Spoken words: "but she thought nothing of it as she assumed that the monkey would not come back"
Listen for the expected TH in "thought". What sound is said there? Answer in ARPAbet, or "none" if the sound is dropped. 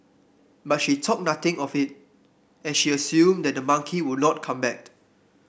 T